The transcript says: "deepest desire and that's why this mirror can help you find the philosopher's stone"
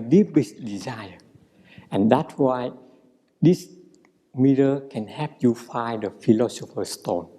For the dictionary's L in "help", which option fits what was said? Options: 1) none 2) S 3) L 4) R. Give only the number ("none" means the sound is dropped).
1